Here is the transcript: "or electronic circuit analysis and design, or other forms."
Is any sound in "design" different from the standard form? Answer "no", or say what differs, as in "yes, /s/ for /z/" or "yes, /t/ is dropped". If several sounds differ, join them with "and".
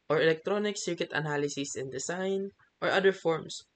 yes, /s/ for /z/